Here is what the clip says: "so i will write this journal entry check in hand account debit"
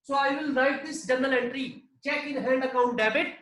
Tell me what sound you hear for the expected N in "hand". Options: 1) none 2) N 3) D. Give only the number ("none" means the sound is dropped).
2